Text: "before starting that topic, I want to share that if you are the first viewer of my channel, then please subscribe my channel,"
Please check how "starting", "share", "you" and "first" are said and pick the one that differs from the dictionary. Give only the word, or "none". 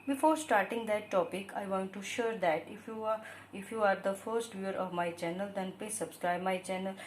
none